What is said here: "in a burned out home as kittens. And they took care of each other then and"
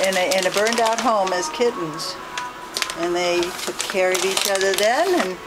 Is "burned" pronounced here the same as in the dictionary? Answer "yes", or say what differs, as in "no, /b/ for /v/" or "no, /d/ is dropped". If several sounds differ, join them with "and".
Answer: yes